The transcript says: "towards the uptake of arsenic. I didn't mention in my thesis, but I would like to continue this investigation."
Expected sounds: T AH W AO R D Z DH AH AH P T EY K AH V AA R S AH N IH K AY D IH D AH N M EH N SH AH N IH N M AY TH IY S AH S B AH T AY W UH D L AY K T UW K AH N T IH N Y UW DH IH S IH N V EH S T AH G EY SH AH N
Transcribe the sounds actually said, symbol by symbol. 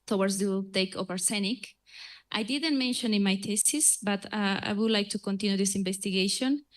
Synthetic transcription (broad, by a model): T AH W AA R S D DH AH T EY K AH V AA R S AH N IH K AY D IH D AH N M EH N SH AH N IH N M AY T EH S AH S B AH T AY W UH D L AY K T UW K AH N T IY N Y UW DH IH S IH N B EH S T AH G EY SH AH N